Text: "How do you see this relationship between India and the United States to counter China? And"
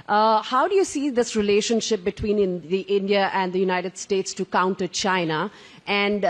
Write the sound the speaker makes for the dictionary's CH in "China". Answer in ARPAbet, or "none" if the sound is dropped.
CH